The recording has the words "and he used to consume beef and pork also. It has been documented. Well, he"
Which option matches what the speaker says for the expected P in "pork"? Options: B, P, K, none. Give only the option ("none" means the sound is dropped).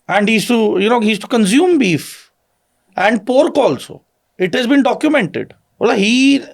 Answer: P